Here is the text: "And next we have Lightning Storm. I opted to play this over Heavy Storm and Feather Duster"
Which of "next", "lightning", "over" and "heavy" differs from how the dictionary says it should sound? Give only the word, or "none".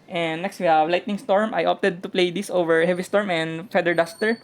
none